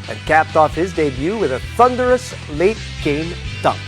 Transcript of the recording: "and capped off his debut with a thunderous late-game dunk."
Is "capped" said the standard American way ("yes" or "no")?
yes